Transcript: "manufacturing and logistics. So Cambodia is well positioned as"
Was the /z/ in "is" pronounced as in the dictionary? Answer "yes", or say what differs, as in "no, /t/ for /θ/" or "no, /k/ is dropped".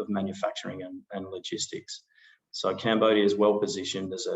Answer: yes